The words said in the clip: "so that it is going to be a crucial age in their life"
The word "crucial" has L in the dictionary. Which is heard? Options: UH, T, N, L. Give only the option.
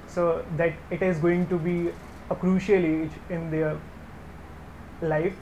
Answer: L